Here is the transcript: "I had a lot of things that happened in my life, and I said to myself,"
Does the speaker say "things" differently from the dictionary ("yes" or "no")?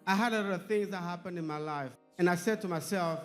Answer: no